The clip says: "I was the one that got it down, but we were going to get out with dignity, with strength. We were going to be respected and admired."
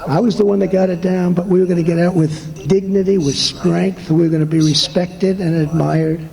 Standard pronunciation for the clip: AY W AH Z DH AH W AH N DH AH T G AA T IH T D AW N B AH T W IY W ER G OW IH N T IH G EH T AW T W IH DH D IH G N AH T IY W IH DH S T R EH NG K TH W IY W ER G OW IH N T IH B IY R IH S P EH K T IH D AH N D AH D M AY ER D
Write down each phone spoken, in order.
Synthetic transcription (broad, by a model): AY W AH Z DH AH W AH N DH AH T G AA T IH T D AW N B AH T W IY W ER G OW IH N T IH G EH T AW T W IH DH D IH G N AH T IY W IH DH S T R EH NG K TH W IY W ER G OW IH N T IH B IY R IH S P EH K T IH D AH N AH D M AY ER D